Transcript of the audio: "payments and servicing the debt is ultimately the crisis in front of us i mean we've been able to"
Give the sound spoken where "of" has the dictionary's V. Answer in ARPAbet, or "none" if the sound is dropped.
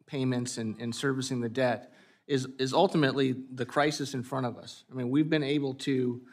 V